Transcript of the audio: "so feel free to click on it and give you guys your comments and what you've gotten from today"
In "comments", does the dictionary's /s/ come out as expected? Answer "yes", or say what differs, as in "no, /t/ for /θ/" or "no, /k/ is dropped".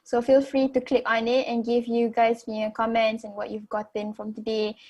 yes